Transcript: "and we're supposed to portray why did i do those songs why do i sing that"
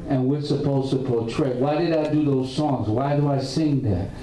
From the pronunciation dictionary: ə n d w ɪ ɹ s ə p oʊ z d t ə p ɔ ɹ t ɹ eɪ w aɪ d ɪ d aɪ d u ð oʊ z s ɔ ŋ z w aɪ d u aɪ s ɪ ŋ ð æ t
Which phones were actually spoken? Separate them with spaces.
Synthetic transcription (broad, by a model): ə n w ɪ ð s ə p oʊ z t ə p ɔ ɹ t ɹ eɪ w aɪ d ɪ d aɪ d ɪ ð oʊ z s ɔ ŋ z w aɪ d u aɪ s ɪ ŋ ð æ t